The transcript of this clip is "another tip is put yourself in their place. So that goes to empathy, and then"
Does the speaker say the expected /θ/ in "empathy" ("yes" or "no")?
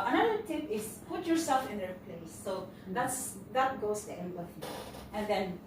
no